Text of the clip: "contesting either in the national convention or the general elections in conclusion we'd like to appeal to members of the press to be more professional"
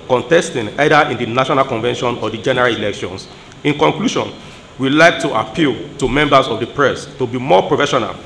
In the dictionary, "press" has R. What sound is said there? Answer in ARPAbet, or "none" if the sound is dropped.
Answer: R